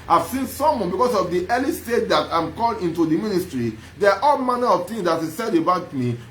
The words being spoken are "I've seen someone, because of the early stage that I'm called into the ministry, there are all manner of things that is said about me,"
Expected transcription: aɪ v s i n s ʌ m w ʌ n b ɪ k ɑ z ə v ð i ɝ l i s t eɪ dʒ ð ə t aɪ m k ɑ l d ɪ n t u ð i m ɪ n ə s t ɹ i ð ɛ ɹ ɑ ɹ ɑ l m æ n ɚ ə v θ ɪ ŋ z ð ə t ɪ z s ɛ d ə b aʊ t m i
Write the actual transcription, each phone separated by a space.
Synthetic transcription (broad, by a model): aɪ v s i n s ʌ m w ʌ n b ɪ k ɑ s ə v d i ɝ l i s t eɪ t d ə t aɪ m k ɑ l ɪ n t u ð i m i n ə s t ɹ i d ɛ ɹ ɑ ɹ ɑ l m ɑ n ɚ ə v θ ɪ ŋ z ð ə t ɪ s ɛ d ə b aʊ t m i